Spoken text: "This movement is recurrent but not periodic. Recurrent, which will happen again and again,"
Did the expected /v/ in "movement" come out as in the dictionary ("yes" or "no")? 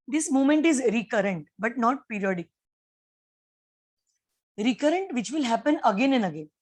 no